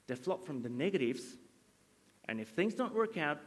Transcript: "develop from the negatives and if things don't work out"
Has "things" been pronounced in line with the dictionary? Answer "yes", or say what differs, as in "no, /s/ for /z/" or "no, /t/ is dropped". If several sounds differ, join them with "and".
yes